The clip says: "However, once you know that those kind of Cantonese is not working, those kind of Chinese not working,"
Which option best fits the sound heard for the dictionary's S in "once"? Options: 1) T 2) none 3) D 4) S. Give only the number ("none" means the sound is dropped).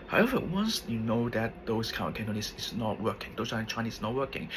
4